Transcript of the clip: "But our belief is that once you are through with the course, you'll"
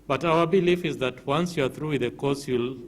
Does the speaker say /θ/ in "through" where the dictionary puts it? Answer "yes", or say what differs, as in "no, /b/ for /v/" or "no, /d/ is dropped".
yes